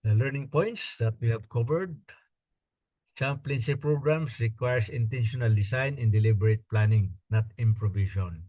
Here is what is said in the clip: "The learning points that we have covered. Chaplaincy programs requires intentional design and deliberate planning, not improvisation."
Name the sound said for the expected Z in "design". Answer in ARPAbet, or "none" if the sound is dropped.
S